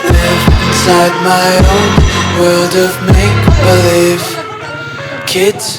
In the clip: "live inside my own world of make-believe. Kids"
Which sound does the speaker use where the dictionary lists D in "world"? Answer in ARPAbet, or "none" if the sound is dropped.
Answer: D